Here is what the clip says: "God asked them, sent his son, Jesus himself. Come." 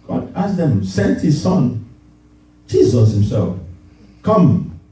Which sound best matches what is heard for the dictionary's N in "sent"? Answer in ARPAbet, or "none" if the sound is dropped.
N